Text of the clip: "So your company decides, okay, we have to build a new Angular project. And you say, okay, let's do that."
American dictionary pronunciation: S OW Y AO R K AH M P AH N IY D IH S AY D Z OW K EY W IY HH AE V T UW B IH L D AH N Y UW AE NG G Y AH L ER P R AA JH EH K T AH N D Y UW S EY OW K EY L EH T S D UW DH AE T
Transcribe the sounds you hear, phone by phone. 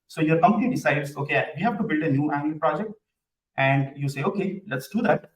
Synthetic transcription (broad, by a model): S OW Y AO R K AH M P AH N IY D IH S AY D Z OW K EY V IY HH AE V T UW B IH L D AH N Y UW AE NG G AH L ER P R AA JH EH K T AH N D Y UW S EY OW K EY L EH T S D UW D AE T